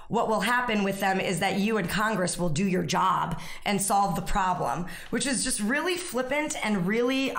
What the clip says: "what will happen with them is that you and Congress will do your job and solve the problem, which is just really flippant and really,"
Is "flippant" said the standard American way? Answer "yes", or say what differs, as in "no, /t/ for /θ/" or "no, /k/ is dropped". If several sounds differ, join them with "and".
yes